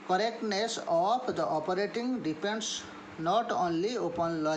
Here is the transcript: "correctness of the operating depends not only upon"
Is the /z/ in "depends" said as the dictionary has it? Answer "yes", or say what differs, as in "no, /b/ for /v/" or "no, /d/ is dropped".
no, /s/ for /z/